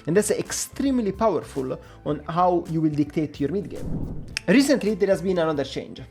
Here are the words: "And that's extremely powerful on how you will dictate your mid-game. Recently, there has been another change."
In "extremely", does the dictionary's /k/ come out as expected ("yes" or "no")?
yes